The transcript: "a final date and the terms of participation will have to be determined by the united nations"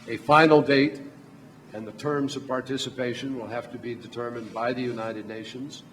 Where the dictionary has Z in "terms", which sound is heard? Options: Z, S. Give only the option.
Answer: Z